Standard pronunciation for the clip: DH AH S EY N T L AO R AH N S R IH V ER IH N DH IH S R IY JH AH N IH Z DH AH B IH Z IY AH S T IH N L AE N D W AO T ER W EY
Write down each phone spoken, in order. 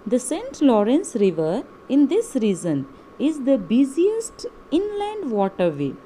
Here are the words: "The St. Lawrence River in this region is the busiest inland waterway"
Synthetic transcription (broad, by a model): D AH S EY N T L AO R AH N S R IH V ER IH N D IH S R IY Z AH N IH Z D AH B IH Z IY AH S T IH N L AE N D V AO T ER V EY